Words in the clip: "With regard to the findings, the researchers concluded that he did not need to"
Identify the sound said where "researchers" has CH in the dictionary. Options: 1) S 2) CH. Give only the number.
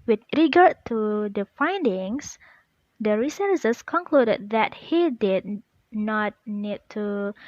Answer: 1